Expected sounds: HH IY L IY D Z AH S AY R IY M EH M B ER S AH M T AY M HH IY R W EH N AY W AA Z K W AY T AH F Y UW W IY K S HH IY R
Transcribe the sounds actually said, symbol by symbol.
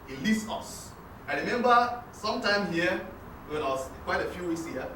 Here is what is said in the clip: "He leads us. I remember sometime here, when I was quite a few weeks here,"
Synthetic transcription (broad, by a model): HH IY L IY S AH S AY R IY M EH M B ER S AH M T AY M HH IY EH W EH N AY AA S K W AY T AH F Y UW W IY K S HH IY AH